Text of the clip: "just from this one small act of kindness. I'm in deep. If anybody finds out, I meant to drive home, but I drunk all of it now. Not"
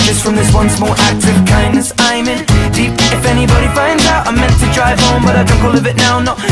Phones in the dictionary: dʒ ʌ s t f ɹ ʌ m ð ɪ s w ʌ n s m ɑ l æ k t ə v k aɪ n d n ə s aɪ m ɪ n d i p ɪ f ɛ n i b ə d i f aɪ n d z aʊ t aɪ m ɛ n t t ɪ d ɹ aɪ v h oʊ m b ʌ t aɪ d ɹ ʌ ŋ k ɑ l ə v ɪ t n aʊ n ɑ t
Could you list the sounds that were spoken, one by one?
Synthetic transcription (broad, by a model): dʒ ʌ s t f ɹ ʌ m ð ɪ s w ʌ n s m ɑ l æ k t ə v k aɪ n n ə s aɪ m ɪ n d i p ɪ f ɛ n i b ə d i f aɪ n d z aʊ t aɪ m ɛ n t t ɪ d ɹ aɪ v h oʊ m b ʌ t aɪ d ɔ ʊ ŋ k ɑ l ə v ɪ t n aʊ n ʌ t